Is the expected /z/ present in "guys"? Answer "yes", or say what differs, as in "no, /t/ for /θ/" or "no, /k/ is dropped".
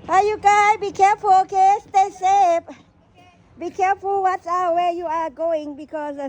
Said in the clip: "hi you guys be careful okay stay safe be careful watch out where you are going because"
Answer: no, /z/ is dropped